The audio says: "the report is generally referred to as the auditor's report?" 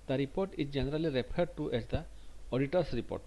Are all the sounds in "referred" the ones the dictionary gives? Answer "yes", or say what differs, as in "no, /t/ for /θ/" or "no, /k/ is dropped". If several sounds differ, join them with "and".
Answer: no, /p/ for /f/